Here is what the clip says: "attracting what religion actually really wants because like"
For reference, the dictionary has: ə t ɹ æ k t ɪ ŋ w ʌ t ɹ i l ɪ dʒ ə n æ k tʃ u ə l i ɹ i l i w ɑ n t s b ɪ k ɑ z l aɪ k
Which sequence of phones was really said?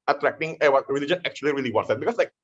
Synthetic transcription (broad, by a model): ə t ɹ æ k t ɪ ŋ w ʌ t ɹ i l ɪ dʒ ə n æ k tʃ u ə l i ɹ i l i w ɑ t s b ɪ k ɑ s l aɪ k